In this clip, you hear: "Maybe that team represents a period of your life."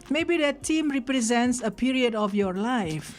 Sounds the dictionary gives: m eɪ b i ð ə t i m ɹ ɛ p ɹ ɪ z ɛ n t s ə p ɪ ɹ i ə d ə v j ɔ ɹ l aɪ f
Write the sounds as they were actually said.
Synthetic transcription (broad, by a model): m eɪ b i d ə t i m ɹ ɛ p ɹ ɪ z ɛ n t s ə p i ɹ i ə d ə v j ɔ ɹ l aɪ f